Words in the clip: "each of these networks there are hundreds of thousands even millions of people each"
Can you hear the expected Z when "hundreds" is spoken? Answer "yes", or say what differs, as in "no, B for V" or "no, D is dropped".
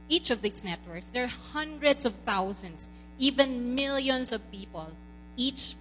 no, S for Z